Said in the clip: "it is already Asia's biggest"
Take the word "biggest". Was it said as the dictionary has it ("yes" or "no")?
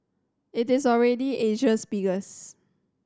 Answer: no